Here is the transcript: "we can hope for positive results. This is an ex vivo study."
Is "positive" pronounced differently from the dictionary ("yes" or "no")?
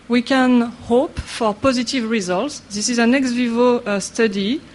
no